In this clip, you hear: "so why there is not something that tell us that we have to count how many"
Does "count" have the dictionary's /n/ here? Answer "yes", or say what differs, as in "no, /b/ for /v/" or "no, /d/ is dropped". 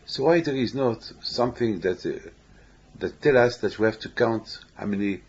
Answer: yes